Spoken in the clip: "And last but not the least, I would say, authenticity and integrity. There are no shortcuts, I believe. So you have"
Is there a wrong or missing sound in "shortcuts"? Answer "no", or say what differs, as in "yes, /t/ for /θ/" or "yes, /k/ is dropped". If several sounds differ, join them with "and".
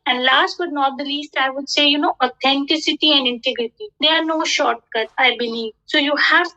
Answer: yes, /s/ is dropped